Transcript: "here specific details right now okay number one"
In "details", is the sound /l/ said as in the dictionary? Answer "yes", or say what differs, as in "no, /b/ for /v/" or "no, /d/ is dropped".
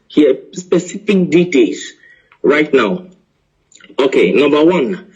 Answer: no, /l/ is dropped